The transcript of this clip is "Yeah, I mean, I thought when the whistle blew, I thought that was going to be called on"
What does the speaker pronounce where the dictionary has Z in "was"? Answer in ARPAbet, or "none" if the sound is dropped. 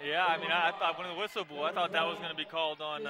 Z